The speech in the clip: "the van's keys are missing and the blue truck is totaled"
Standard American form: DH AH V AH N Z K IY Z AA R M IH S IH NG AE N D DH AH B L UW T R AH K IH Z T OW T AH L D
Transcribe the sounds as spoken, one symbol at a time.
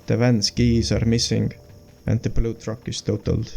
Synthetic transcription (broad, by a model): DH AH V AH N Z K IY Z AA R M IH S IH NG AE N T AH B L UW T R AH K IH S T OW T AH L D